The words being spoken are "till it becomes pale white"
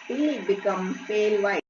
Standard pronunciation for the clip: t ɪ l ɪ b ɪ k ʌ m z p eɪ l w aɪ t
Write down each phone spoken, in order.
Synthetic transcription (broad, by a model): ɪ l ɪ b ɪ k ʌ m p eɪ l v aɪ